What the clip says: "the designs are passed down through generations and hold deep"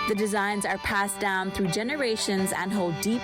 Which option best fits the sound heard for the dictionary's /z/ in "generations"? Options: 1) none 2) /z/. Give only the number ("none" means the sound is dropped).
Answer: 2